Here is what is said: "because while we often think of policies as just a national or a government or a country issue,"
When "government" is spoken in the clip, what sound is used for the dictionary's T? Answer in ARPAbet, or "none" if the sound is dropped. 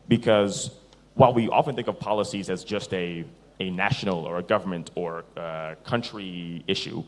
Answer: T